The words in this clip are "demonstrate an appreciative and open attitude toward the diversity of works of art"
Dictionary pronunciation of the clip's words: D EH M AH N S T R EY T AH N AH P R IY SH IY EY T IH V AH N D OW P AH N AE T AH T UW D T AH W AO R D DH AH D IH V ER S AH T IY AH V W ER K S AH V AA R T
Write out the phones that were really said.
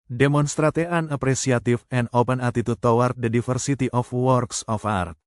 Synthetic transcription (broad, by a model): D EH M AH N S T R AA T AH N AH P R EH S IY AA T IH F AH N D OW P AH N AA T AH T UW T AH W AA R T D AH D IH F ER S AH T IY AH F W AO K S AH F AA R T